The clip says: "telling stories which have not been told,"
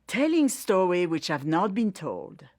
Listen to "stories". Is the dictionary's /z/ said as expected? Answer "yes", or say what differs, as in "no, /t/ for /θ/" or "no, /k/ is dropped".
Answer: no, /z/ is dropped